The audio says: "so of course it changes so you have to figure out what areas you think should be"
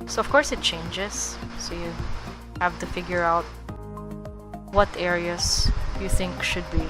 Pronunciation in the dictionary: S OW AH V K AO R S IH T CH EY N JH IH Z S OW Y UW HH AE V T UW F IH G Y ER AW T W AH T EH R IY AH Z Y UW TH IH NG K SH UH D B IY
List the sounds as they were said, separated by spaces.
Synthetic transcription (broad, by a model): S OW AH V K AO R S IH T CH EY N JH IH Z S OW Y UW HH AE V T UW F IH G Y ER AW T W AH T EH R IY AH S Y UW TH IH NG K SH UH D B IY